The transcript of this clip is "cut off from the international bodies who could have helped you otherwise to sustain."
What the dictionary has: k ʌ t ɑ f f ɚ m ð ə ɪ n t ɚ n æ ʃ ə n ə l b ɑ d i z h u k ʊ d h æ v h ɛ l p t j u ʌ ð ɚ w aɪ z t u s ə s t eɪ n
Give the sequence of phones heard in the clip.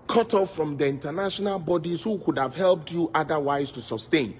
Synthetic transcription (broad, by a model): k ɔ t ɑ f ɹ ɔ m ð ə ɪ n t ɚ n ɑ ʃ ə n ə l b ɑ d i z h u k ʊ d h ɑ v h ɛ l p t j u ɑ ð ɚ w aɪ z t u s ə s t eɪ n